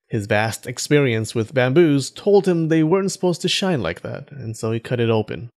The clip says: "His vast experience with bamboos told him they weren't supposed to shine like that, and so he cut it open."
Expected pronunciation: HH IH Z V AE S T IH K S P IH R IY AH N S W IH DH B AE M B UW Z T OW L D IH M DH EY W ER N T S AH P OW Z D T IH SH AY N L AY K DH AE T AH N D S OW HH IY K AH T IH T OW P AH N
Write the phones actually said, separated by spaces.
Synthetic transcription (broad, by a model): HH IH Z V AE S T IH K S P IH R IY AH N S W IH DH B AE M B UW Z T OW L D IH M DH EY W ER N T S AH P OW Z T IH SH AY N L AY K DH AE T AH N S OW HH IY K AH T IH T OW P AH N